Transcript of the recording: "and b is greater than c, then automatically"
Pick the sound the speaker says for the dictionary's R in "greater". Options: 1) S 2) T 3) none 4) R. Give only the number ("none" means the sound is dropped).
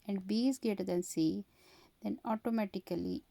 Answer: 3